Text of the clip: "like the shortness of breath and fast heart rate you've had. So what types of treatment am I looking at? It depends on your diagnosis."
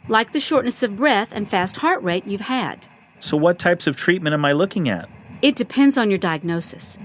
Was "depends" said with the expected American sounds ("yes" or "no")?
yes